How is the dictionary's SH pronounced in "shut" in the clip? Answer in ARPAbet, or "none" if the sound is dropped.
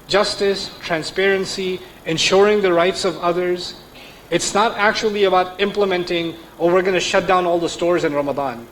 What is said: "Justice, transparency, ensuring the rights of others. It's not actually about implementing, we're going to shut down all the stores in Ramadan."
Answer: SH